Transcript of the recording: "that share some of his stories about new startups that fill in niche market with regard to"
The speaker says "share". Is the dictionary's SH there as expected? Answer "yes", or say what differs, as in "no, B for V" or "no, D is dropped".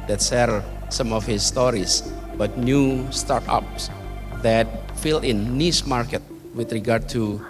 no, S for SH